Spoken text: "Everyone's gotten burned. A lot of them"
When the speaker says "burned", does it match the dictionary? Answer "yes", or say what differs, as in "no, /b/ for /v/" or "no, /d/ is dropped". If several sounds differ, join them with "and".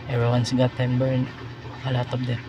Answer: no, /d/ is dropped